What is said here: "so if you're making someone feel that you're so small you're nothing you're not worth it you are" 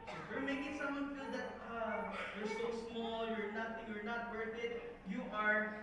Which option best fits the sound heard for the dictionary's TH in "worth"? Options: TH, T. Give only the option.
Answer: T